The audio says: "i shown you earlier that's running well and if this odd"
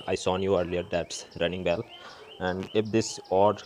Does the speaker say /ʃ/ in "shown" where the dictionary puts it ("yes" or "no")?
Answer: no